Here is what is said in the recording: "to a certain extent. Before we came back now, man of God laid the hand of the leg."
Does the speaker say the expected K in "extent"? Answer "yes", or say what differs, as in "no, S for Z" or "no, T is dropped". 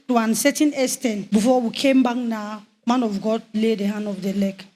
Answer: no, K is dropped